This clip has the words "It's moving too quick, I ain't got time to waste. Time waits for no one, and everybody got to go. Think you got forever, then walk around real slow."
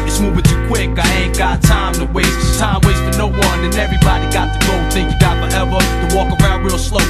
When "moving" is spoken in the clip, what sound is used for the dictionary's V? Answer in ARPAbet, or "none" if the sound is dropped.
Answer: B